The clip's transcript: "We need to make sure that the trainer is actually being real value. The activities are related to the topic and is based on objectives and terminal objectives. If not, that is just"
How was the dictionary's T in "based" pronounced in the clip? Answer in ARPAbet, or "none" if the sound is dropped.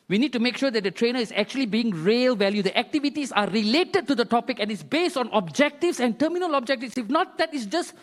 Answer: T